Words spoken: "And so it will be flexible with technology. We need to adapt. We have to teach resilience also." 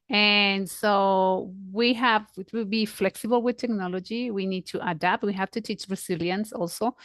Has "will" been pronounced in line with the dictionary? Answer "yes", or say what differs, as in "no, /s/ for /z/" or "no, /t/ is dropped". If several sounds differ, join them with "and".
no, /w/ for /l/